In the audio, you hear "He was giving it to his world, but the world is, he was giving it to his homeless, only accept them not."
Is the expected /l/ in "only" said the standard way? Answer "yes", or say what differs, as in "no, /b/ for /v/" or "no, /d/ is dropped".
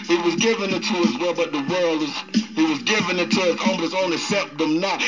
no, /l/ is dropped